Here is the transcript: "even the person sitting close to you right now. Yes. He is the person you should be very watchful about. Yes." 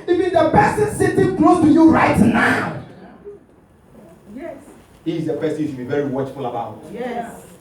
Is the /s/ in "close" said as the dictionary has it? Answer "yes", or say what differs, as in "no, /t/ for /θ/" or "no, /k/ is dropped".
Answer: no, /s/ is dropped